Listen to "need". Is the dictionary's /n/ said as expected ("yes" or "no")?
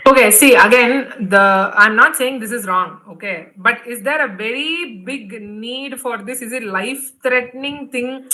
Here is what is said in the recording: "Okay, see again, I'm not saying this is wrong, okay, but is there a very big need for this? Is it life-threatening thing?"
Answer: yes